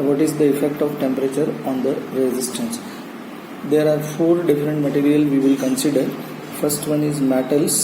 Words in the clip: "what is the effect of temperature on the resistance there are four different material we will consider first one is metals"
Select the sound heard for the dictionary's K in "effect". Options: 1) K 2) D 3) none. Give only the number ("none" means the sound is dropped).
1